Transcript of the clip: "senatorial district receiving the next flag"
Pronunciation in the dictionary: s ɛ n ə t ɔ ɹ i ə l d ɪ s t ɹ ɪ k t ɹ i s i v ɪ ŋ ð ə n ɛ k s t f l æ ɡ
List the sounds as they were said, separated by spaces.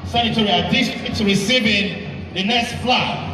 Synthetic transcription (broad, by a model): s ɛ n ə t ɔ ɹ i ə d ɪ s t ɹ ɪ t ɹ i s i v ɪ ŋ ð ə n ɛ k s t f l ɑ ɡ